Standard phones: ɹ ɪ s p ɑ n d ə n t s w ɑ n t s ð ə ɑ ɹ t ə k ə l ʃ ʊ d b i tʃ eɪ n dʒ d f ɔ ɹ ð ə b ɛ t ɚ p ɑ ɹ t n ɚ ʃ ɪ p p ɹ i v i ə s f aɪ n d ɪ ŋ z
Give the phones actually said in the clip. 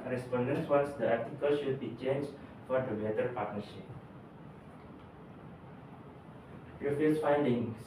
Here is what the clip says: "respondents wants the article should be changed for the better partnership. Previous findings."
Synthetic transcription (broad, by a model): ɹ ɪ s p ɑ n d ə n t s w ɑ n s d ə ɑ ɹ t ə k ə l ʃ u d b i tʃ eɪ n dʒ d f ɔ ɹ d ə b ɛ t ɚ p ɑ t n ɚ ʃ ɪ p p i f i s f aɪ n d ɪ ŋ